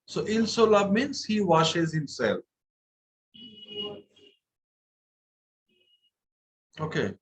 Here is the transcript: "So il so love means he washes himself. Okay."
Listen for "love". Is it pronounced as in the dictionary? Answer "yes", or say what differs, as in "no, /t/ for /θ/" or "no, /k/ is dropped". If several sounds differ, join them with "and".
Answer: no, /b/ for /v/